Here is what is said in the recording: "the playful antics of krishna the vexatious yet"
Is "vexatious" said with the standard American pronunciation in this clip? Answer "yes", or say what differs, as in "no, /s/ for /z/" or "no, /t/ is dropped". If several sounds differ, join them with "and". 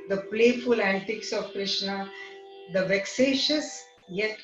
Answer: yes